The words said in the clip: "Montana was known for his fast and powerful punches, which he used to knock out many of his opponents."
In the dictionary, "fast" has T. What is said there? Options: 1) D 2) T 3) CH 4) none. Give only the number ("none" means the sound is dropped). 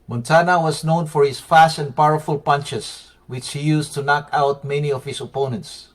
2